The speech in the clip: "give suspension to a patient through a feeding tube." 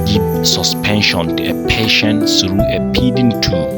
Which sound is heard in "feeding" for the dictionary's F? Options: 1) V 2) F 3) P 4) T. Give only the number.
3